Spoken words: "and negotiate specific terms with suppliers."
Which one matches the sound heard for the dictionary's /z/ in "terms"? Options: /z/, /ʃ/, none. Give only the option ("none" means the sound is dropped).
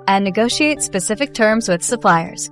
/z/